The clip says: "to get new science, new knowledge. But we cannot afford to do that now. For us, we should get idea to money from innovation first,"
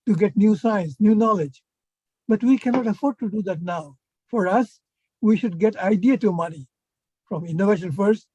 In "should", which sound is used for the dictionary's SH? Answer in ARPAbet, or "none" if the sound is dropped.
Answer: SH